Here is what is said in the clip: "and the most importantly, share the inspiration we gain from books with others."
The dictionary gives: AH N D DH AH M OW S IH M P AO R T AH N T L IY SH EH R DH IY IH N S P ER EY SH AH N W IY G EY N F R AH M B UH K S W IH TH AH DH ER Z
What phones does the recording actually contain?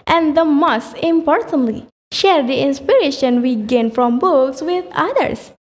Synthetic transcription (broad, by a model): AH N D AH M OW S IH M P AO R T AH N T L IY SH EH R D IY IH N S P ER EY SH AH N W IY G EY N F R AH M B UH K S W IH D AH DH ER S